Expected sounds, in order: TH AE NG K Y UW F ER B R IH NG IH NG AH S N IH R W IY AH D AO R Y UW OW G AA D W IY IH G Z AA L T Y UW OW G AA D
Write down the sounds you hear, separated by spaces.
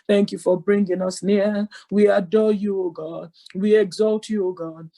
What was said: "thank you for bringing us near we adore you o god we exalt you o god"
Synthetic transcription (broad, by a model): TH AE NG K Y UW F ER B R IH NG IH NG AH S N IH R W IY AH D AO Y UW OW G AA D W IY IH G Z AA L T Y UW OW G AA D